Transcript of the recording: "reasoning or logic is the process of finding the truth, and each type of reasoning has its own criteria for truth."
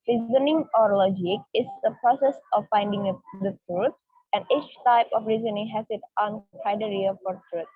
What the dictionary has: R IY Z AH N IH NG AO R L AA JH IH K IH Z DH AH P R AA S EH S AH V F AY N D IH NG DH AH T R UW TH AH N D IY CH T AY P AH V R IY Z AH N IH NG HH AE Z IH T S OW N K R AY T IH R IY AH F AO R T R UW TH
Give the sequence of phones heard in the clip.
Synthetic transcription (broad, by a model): R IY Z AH N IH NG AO R L AA JH IH K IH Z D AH P R AA S EH S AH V F AY N D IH NG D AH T R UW T AH N D IY CH T AY P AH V R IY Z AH N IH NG HH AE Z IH T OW N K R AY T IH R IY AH F AO R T R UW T